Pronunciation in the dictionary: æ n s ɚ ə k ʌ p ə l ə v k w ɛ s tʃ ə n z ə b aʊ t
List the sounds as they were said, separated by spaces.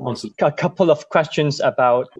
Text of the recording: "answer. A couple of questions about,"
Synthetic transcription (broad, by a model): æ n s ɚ ə k ʌ p ə l ə v k w ɛ s tʃ ə n z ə b aʊ t